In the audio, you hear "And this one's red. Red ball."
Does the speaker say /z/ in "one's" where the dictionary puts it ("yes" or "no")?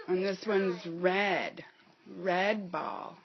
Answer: yes